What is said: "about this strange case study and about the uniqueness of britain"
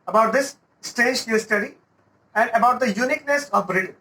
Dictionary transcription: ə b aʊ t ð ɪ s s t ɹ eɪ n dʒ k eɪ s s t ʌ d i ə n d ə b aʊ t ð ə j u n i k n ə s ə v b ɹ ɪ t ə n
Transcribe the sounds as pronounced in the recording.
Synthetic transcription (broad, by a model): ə b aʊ t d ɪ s s t eɪ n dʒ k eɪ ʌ s t ʌ d i ə n d ə b aʊ t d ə j u n i k n ə s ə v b ɹ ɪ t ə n